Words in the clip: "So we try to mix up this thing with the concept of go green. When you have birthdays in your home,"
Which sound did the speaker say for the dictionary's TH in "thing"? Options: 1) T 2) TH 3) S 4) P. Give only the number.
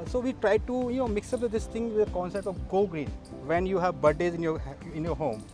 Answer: 1